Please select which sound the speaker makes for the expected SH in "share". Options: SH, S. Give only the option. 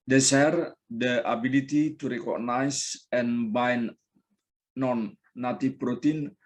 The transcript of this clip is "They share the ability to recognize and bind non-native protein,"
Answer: S